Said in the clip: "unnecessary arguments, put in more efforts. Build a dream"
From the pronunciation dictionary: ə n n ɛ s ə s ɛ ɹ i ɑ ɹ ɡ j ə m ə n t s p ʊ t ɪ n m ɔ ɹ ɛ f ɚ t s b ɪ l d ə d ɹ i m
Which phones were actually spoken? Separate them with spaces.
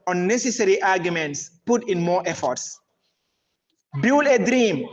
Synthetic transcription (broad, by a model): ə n n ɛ s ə s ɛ ɹ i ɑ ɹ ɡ j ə m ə n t s p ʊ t ɪ n m ɔ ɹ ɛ f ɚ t s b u l ə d ɹ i m